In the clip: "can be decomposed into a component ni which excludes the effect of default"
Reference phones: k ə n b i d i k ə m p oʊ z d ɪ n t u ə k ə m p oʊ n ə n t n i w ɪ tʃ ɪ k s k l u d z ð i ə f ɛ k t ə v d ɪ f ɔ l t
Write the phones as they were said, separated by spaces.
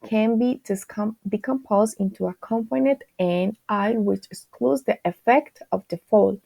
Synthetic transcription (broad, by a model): k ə n b i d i k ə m p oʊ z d ɪ n t u ə k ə m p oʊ n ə t n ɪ w ɪ tʃ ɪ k s k l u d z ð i ə f ɛ k t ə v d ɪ f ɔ l